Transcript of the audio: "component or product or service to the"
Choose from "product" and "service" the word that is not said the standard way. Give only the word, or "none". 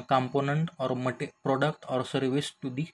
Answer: none